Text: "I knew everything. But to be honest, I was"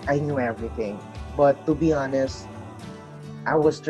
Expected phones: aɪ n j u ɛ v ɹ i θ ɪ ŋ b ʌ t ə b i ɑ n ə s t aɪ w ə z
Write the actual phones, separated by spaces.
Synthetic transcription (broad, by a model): aɪ n j u ɛ v ɹ i θ ɪ ŋ b ʌ t ə b i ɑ n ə s t aɪ w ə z